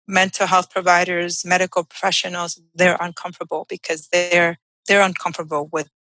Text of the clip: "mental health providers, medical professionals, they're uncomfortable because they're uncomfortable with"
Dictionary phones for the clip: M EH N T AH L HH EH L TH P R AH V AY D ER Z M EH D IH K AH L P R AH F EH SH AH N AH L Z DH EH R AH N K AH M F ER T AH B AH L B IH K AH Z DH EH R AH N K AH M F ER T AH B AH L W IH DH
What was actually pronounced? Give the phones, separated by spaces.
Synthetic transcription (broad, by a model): M EH N T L HH EH L TH P R AH V AY D ER Z M EH D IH K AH L P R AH F EH SH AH N L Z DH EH R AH N K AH M F T AH B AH L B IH K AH Z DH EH R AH N K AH M F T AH B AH L W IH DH